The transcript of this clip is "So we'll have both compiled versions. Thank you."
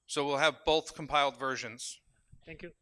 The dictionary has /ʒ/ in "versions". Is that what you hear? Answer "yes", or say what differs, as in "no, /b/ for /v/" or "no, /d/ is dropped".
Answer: yes